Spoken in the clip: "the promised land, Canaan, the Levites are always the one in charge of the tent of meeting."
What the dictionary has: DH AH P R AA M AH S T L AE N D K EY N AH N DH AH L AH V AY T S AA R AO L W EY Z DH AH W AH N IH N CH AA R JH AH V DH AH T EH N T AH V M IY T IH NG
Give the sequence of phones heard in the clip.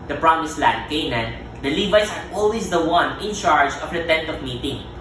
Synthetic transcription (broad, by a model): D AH P R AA M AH S L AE D K EY N AH N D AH L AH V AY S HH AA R AO L W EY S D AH W AH N IH N CH AA R JH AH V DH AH T EH N T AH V M IY T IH NG